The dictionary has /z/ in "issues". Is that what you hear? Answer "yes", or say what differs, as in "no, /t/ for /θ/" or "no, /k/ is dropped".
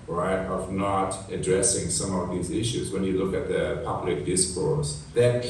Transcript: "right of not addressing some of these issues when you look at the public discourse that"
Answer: yes